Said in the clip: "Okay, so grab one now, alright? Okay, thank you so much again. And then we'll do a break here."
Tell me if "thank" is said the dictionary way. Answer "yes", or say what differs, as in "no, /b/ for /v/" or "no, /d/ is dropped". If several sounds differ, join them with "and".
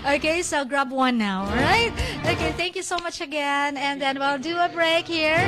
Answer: yes